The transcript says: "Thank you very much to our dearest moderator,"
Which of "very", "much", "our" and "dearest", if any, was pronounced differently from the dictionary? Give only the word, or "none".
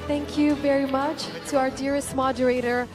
none